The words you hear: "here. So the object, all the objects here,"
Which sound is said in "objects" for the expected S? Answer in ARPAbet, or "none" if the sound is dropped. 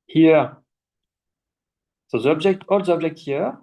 none